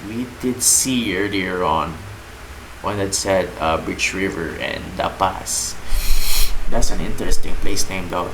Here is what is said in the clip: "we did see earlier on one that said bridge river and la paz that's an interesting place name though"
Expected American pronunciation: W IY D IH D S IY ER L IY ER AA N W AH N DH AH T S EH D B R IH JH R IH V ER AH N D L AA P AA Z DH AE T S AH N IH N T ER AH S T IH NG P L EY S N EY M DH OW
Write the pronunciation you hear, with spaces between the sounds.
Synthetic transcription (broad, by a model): W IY D IH D S IY ER L IY ER AA N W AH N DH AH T S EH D B R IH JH R IH V ER AH N D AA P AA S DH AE T S AH N IH N T ER AH S T IH NG P L EY S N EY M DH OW